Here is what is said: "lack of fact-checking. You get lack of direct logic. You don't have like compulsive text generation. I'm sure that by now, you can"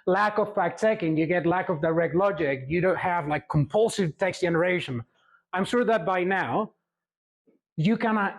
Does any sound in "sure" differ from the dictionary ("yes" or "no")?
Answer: no